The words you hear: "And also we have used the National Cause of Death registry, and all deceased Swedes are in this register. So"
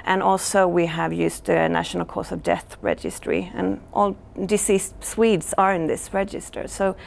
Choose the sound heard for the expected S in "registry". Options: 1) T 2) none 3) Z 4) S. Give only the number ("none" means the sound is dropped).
4